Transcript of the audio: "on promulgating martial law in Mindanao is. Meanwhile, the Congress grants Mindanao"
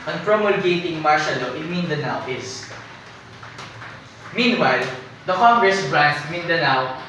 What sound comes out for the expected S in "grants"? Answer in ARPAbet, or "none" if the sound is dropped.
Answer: none